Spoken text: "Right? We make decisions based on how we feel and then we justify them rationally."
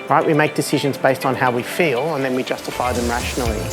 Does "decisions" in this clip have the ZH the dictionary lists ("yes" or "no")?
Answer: yes